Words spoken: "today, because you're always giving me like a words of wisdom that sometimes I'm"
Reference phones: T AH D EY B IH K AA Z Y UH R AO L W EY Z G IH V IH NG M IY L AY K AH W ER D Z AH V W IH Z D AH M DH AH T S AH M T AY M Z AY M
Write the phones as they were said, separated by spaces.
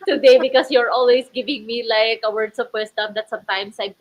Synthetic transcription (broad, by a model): T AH D EY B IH K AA S Y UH R AO L W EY S G IH V IH NG M IY L AY K AH W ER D S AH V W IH S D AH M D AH T S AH M T AY M S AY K